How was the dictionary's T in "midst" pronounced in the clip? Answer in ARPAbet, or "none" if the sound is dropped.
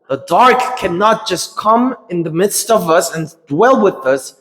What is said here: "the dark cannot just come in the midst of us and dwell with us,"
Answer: T